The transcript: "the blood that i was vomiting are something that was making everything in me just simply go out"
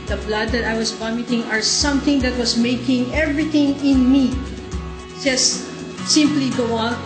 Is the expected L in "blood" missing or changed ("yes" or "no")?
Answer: no